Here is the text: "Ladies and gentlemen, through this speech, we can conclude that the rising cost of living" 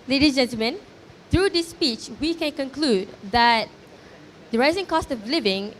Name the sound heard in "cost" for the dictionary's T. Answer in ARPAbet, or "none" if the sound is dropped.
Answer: T